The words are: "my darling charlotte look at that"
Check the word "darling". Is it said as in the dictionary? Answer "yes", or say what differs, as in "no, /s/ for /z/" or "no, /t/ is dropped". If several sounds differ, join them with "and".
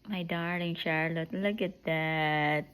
no, /l/ is dropped